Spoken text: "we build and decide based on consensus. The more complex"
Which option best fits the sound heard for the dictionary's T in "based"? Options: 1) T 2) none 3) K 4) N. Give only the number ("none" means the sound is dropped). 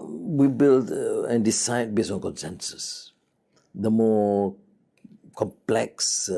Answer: 2